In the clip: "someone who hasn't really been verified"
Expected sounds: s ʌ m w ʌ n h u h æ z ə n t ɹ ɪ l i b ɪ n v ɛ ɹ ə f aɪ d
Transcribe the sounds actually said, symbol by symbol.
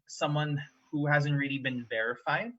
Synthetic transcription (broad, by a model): s ʌ m w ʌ n h u h æ z ə n t ɹ ɪ l i b ɪ n v ɛ ɹ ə f aɪ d